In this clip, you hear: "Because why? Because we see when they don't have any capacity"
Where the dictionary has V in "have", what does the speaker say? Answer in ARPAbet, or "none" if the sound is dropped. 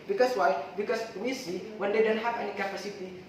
P